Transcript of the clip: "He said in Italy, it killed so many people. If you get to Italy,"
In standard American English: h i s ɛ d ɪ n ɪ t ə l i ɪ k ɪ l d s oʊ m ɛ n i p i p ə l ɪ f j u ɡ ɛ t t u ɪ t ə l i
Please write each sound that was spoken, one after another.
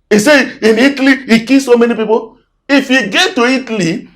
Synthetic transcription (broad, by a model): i s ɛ ɪ n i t l i ɪ k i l s oʊ m ɛ n i p i p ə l ɪ f j u ɡ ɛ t t u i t l i